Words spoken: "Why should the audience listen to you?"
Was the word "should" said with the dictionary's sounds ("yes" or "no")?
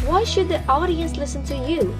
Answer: yes